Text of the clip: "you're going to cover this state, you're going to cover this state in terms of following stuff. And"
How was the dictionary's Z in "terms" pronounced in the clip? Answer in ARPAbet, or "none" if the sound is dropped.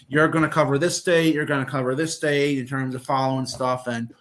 Z